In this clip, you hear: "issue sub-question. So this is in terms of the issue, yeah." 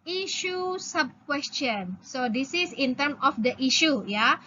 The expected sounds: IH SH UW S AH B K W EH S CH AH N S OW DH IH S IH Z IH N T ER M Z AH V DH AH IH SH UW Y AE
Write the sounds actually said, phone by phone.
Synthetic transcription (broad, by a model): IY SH UW S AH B K W EH S CH AH N S OW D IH S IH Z IH N T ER M AH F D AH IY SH UW Y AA